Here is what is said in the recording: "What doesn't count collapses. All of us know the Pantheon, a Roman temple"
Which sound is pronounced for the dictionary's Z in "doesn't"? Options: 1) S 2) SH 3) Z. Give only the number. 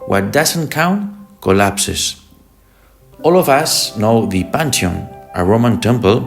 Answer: 1